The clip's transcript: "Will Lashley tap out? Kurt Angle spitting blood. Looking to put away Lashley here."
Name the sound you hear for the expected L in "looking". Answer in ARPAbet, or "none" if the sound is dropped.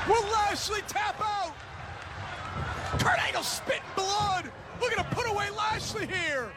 W